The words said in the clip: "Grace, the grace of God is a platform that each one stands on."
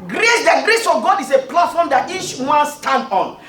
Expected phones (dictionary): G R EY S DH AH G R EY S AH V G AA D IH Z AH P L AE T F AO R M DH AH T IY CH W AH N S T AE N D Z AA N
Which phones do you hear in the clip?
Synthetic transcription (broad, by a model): G R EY S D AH G R EY S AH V G AA D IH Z AH P L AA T F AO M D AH T IY CH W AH N S T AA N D AA N